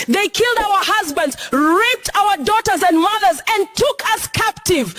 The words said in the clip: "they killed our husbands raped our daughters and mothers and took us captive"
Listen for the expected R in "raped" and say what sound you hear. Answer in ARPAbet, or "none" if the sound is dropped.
R